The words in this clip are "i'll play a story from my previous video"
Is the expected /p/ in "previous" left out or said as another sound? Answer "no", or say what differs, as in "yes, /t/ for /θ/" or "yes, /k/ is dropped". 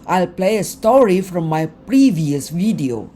no